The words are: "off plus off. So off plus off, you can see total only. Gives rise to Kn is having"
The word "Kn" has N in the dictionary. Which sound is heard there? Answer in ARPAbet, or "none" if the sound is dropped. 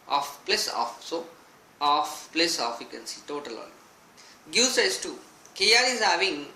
L